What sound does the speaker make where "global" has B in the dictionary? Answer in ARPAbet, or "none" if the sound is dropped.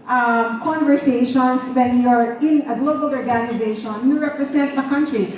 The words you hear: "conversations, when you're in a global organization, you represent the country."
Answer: B